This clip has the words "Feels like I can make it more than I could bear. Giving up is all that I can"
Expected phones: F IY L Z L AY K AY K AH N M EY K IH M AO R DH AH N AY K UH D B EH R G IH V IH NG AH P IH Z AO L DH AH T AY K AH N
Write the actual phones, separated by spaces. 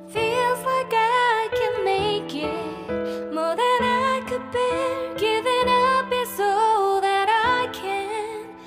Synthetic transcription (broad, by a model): F IY L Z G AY AY K AH N M EY K IH M AO R DH AH N AY K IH D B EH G IH V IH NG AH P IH S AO DH AH T AY K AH N